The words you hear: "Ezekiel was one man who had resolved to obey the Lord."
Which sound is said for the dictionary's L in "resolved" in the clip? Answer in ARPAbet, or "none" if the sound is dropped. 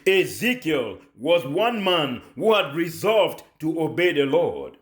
L